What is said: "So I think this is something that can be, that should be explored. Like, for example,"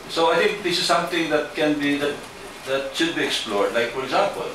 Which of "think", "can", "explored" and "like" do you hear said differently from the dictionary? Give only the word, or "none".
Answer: think